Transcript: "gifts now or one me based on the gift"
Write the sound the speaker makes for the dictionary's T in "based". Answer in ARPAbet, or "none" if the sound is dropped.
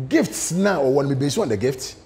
none